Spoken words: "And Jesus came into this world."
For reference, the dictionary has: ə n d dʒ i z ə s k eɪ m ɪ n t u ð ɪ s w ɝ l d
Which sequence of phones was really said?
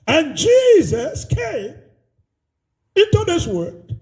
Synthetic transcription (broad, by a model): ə n dʒ i z ə s k eɪ m ɪ n t u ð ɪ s w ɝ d